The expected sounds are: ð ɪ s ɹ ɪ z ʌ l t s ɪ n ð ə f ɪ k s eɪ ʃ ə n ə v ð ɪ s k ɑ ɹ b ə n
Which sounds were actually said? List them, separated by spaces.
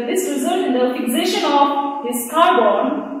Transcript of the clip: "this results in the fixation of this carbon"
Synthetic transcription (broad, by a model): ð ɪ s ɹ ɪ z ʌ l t ɪ n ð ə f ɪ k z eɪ ʃ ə n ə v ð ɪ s k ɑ ɹ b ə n